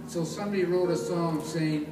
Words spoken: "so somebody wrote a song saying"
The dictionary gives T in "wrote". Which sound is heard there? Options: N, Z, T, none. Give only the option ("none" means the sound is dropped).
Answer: T